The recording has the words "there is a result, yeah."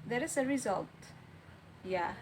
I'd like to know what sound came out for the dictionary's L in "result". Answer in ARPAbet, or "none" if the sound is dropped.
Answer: L